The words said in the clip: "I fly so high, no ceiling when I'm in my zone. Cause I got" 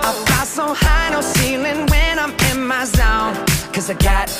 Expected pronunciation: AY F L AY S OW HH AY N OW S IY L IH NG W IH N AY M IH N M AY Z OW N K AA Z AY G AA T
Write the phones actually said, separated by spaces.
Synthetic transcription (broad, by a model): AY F AY S OW HH AY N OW S IY L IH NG W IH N AY M IH N M AY Z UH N K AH Z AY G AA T